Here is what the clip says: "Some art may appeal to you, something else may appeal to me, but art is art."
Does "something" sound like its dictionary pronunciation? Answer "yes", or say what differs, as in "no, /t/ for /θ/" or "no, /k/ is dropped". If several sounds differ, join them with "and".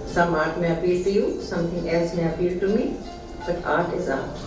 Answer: no, /t/ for /θ/